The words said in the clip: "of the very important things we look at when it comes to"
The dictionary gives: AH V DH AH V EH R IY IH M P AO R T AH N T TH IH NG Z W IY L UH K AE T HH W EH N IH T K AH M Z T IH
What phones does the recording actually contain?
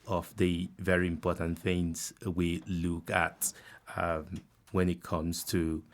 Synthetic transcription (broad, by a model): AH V DH AH V EH R IY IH M P AO R T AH N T TH IH NG Z W IY L UH K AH T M W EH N IH T K AH M Z T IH